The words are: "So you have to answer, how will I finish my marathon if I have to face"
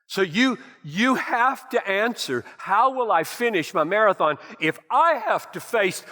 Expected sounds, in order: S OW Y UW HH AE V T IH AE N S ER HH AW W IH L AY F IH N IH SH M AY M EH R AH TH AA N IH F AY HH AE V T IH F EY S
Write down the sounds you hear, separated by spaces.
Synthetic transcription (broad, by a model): S OW Y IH HH AE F T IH AE N S ER HH AW W IH L AY F IH N IH SH M AY M EH R AH TH AA N IH F AY HH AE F T IH F EY S